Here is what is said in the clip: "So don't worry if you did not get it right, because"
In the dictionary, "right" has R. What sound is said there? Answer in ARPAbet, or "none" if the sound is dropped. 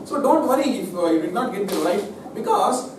L